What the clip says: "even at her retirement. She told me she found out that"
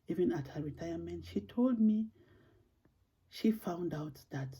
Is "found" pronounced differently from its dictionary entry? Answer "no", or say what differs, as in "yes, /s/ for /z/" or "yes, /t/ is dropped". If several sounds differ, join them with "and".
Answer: no